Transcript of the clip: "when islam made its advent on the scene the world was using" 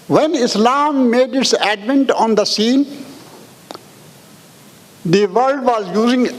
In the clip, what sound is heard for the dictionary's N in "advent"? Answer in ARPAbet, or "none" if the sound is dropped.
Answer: N